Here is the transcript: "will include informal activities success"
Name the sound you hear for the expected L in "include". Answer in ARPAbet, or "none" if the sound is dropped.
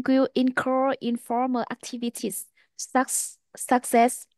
none